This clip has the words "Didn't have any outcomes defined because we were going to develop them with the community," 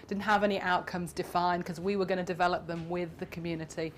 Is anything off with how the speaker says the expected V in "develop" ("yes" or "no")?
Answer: no